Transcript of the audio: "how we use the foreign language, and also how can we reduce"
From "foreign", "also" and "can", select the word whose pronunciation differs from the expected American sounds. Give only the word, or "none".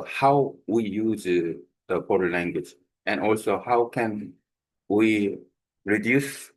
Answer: foreign